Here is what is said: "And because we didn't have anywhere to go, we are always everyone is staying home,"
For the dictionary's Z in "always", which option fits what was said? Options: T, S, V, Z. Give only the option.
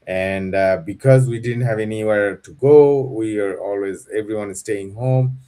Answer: Z